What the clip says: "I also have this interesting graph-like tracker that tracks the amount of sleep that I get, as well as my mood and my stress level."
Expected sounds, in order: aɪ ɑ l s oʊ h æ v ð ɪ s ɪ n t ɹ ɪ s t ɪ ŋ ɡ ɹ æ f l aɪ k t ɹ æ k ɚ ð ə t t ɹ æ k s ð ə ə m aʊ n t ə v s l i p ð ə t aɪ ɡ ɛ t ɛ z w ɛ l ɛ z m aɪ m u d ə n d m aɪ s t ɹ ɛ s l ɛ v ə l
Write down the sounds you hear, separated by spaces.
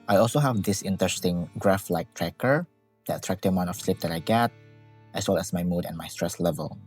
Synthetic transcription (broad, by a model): aɪ ɑ l s oʊ h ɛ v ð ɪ s ɪ n t ɹ ɪ s t ɪ ŋ ɡ ɹ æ f l aɪ k t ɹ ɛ k ɚ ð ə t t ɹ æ k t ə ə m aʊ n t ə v s l i p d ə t aɪ ɡ ɛ t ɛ s w ɛ l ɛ s m aɪ m u d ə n m aɪ s t ɹ ɛ s l ɛ v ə l